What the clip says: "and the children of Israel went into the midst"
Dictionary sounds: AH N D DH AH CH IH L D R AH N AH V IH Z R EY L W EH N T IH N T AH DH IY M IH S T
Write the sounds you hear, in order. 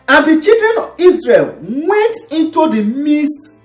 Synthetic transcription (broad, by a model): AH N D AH CH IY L D R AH N AH V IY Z R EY L W EH N T IH N T AH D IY M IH S T